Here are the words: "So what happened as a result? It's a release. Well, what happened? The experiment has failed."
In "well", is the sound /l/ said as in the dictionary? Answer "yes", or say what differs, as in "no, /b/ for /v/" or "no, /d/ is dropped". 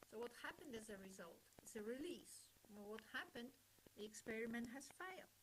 no, /n/ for /l/